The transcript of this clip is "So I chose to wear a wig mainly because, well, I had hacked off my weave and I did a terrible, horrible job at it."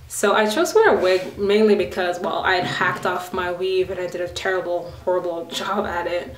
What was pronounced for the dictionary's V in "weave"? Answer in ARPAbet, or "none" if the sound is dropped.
V